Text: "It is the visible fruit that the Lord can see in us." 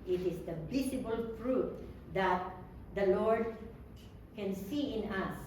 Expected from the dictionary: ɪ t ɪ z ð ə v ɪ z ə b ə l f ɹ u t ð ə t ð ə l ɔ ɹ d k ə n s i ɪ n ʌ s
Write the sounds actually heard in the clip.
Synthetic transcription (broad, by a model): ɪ t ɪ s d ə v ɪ s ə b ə l f ɹ u t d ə t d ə l ɔ ɹ d k ə n s i ɪ n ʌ s